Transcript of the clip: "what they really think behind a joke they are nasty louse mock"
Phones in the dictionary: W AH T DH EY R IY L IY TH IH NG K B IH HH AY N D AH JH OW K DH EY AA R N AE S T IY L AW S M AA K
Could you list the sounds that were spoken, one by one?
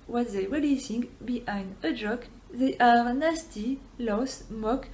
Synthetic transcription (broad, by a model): W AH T DH EY R IY L IY S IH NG B IH HH AY N D AH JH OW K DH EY AA R N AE S T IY L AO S M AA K